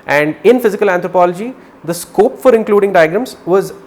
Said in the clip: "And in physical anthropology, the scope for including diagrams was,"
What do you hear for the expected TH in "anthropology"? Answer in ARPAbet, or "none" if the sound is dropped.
T